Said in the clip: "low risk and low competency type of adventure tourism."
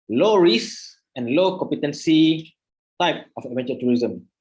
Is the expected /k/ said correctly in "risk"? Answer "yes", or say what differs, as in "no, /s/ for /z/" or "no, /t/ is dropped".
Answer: no, /k/ is dropped